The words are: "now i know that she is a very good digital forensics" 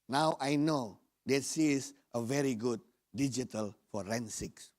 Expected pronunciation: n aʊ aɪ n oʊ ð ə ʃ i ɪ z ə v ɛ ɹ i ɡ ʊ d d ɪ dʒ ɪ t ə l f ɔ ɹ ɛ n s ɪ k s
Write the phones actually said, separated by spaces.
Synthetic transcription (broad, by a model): n aʊ aɪ n oʊ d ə s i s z ə v ɛ ɹ i ɡ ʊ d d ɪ dʒ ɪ t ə l f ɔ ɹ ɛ n s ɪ k s